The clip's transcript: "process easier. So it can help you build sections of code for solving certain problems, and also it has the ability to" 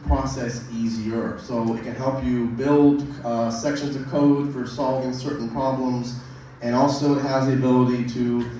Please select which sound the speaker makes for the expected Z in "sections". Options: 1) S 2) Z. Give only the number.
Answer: 2